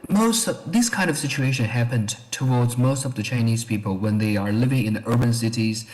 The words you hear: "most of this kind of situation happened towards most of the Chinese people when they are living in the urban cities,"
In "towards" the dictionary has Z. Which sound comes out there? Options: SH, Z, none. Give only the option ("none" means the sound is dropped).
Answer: Z